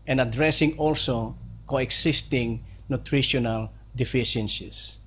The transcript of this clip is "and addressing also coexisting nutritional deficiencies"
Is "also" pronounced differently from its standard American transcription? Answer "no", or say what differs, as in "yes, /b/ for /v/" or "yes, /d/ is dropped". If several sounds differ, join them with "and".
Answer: no